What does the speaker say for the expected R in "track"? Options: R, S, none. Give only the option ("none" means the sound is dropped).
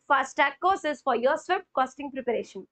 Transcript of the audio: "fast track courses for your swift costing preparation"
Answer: none